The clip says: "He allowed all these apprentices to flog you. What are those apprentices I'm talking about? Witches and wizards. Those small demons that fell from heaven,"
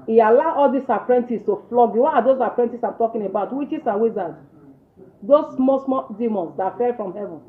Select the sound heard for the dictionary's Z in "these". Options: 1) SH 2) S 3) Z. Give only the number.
2